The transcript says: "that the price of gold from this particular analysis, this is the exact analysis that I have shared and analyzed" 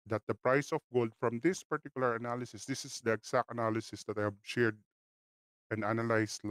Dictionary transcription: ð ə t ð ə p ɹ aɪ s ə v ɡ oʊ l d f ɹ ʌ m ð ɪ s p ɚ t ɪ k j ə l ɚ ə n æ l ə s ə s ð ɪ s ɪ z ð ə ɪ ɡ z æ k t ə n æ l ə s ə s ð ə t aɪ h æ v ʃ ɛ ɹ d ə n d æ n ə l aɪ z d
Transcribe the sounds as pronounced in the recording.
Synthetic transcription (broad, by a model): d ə t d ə p ɹ aɪ s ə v ɡ oʊ l d f ɹ ʌ m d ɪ s p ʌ t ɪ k j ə l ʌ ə n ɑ l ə s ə s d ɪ s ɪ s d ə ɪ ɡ s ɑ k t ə n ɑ l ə s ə s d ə t aɪ h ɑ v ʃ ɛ ɹ d ə n d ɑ n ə l aɪ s